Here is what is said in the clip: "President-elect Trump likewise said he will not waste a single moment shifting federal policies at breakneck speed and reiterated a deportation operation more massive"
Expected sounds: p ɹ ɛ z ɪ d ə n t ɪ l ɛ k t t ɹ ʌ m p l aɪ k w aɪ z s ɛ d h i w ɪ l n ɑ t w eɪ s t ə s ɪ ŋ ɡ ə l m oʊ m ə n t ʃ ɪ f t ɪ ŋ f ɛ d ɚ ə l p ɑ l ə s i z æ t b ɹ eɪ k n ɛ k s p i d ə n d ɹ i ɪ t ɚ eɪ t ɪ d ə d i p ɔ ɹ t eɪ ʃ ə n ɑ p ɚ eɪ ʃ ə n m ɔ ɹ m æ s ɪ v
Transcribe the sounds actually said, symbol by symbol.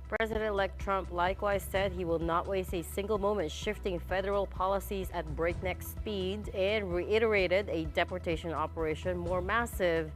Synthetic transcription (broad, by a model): p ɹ ɛ z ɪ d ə n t l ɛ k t t ɹ ʌ m p l aɪ k w aɪ z s ɛ d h i w ɪ l n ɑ t w eɪ s t ə s ɪ ŋ ɡ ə l m oʊ m ə n t ʃ ɪ f t ɪ ŋ f ɛ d ɚ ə l p ɑ l ə s i z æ t b ɹ eɪ k n ɛ k s p i d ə n ɹ i ɪ t ɚ eɪ t ɪ d ə d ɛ p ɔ ɹ t eɪ ʃ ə n ɑ p ɚ eɪ ʃ ə n m ɔ ɹ m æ s ɪ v